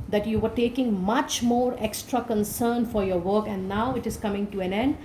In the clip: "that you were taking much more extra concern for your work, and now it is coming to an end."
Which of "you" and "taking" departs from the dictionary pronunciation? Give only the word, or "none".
none